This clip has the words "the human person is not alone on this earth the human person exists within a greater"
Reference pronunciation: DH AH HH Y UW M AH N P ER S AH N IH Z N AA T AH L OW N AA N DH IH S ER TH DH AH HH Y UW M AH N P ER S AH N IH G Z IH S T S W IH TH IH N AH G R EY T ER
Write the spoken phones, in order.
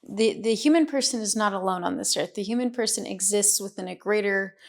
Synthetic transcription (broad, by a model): DH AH HH Y UW M AH N P ER S AH N IH Z N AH T AH L OW N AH N DH IH S ER TH DH AH HH Y UW M AH N P ER S AH N IH G Z IH S T S W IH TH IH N AH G R EY T ER